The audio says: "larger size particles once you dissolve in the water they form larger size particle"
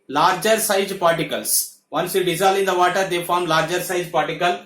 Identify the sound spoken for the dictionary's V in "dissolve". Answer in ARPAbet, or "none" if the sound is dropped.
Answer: none